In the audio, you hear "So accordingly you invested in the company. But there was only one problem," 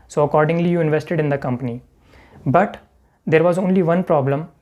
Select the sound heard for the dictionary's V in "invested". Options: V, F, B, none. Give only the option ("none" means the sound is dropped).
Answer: V